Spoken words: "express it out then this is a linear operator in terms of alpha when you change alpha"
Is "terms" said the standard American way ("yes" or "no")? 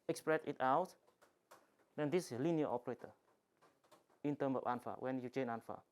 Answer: no